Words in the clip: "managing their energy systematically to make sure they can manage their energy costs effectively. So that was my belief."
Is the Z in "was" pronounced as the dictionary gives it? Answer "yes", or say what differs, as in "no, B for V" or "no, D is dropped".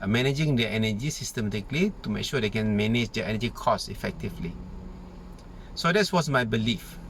no, S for Z